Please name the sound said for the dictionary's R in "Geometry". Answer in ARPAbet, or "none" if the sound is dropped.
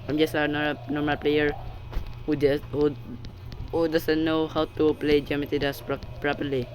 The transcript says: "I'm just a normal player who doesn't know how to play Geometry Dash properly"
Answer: none